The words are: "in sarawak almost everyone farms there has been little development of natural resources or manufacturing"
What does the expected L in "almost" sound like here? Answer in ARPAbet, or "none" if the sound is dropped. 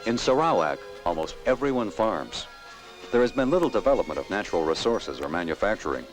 L